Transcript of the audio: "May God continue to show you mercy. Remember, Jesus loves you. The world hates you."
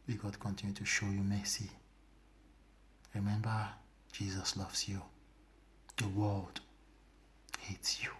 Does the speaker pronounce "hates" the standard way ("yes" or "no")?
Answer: yes